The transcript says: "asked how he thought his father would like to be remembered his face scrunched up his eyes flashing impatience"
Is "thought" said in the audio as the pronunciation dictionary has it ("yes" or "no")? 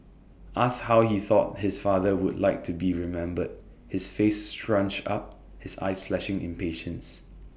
yes